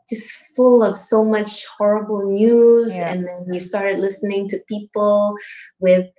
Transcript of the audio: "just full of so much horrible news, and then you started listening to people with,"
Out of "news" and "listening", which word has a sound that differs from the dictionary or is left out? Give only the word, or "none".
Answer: none